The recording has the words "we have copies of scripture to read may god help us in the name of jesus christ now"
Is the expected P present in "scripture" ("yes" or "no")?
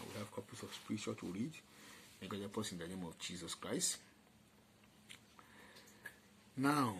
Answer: no